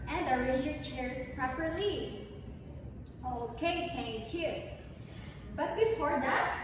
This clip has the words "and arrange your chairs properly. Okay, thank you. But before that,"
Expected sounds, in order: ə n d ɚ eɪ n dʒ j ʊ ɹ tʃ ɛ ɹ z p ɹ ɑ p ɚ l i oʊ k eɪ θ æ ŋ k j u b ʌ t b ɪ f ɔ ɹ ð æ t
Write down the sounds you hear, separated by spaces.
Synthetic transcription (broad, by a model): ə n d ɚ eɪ dʒ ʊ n tʃ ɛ ɹ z p ɹ ɑ p ɚ l i oʊ k eɪ t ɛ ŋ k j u b ʌ t b ɪ f ɔ ɹ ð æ t